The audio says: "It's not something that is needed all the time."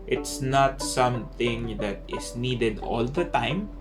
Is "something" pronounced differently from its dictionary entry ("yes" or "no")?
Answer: yes